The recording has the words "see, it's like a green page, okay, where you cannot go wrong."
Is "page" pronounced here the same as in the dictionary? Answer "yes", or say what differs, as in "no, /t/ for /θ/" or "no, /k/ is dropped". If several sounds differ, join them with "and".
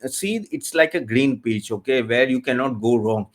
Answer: no, /tʃ/ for /dʒ/